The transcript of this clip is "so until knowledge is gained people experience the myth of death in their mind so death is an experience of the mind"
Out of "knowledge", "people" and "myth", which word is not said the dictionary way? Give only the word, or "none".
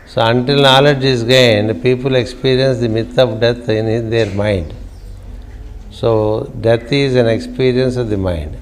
myth